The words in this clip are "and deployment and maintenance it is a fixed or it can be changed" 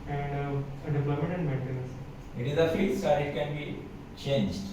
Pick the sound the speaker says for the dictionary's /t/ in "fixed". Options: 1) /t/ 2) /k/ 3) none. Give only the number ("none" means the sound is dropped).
3